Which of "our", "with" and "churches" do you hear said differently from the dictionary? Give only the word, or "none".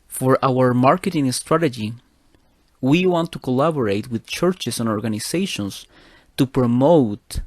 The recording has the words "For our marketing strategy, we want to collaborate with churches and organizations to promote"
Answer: churches